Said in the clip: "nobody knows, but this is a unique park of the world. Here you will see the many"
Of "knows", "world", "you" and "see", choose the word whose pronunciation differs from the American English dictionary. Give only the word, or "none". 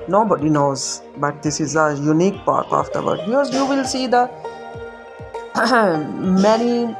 world